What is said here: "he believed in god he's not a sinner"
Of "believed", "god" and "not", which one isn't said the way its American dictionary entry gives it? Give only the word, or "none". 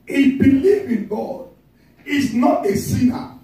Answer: believed